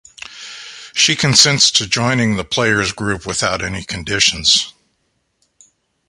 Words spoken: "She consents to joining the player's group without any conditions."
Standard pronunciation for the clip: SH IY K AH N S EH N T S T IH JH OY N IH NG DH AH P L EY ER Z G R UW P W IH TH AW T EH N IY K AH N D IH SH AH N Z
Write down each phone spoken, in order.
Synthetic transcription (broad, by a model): SH IY K AH N S EH N T S T IH JH OY N IH NG DH AH P L EY ER Z G R UW P W IH TH AW T EH N IY K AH N D IH SH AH N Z